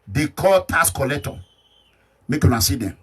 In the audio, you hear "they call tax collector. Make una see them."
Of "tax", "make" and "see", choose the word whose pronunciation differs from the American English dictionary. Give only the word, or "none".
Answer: tax